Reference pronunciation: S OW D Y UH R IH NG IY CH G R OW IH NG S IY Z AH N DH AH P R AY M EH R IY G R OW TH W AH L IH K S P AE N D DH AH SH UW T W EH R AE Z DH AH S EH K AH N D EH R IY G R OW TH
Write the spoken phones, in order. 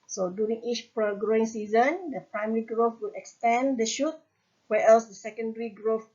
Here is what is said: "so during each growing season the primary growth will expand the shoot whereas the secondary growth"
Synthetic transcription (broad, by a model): S OW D Y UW R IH NG IY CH G R OW IH NG S IY Z AH N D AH P R AY M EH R IY G R OW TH W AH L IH K S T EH N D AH SH UW T W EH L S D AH S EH K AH N D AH R IY G R OW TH